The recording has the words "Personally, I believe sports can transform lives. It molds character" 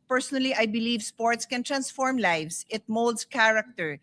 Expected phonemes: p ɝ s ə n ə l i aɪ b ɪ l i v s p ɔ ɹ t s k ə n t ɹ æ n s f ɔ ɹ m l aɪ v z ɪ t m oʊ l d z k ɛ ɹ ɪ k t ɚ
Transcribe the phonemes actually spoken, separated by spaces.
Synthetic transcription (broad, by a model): p ɝ s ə n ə l i aɪ b ɪ l i v s p ɔ ɹ t s k ə n t ɹ æ n s f ɔ ɹ m l aɪ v s ɪ t m oʊ l d s k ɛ ɹ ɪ k t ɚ